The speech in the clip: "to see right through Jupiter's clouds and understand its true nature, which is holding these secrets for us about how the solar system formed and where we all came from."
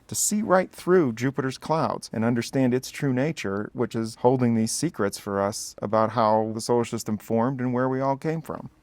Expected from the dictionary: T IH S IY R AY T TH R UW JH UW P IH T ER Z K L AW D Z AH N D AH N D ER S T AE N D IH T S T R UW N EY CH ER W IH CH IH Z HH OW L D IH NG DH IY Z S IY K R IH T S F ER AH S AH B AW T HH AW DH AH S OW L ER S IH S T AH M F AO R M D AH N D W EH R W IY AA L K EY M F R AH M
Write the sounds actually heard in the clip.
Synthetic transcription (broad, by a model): T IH S IY R AY T TH R UW JH UW P IH T ER Z K L AW D Z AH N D AH N D ER S T AE N D IH T S T R UW N EY CH ER W IH CH IH Z HH OW L D IH NG DH IY Z S IY K R IH T S F ER AH S AH B AW T HH AW DH AH S OW UH SH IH S T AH M F AO R M D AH N W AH R W IY AA L K EY M F R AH M